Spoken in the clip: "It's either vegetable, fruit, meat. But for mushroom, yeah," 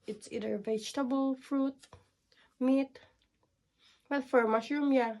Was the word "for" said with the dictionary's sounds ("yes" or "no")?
yes